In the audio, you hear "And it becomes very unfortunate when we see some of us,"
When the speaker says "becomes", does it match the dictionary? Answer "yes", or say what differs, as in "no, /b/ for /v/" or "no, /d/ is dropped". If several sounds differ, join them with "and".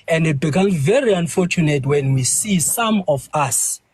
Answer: no, /z/ is dropped